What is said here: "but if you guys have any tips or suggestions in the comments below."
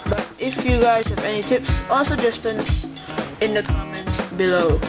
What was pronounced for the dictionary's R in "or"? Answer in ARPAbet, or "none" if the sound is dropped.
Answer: L